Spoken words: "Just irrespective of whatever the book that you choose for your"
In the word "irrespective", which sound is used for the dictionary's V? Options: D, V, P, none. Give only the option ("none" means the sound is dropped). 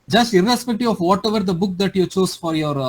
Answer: none